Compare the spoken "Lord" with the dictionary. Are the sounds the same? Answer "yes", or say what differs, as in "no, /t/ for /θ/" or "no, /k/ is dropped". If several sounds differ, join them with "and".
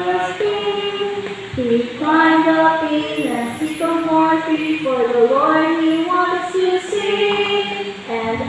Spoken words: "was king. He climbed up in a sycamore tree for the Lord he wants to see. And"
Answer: no, /w/ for /l/